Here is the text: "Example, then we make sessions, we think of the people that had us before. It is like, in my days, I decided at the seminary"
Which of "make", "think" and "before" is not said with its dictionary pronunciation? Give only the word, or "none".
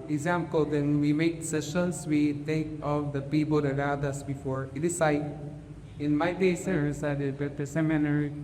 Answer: think